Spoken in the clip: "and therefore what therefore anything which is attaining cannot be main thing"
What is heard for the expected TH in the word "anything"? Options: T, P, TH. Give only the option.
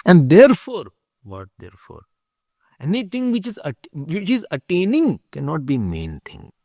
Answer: T